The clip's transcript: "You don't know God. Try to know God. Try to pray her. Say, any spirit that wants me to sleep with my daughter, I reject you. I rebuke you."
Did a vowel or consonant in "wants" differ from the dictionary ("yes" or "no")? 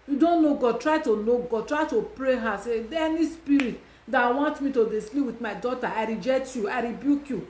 yes